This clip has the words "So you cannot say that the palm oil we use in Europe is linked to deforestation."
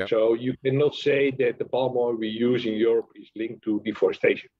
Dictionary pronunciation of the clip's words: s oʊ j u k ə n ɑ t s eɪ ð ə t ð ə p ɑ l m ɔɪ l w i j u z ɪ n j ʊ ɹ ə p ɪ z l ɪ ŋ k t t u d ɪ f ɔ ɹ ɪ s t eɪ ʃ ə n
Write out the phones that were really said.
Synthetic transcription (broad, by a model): s oʊ j u k ə n ɑ t s eɪ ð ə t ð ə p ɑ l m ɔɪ n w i j u z ɪ n j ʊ ɹ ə p ɪ z l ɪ ŋ k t t u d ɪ f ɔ ɹ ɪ s t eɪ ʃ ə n